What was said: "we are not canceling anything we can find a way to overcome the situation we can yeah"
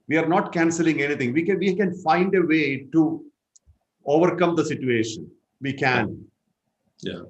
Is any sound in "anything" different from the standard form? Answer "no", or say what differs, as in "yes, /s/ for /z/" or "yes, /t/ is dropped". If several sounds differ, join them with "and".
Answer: yes, /t/ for /θ/